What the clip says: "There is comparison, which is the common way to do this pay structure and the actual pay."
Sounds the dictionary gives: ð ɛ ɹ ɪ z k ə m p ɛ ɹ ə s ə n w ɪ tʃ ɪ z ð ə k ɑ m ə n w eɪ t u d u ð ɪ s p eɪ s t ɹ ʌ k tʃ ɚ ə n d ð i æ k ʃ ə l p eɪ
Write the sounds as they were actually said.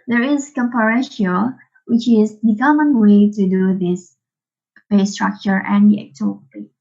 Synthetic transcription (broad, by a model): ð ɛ ɹ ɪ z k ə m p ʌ ɹ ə ʃ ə l w ɪ tʃ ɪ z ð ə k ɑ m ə n w eɪ t u d u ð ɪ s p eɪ s t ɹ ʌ k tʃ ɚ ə n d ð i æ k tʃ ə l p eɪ